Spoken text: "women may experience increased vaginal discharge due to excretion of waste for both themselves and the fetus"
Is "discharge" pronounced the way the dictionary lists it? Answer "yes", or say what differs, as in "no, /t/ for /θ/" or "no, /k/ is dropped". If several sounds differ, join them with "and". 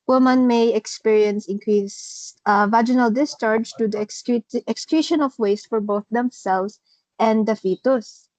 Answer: yes